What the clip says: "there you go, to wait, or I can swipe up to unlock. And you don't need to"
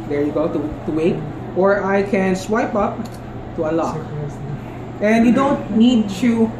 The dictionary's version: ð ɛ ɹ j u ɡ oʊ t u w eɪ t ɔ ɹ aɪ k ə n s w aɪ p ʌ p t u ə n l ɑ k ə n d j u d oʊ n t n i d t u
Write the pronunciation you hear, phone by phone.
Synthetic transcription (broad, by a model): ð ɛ ɹ j u ɡ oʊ t u w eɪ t ɔ ɹ aɪ k ə n s w aɪ p ʌ p t u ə l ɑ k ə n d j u d oʊ n t n i d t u